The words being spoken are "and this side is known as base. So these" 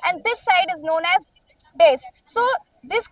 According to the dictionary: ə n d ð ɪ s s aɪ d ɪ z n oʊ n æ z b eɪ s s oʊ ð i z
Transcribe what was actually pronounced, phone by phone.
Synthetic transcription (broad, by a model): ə n d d ɪ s s aɪ d ɪ z n oʊ n æ z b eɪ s s oʊ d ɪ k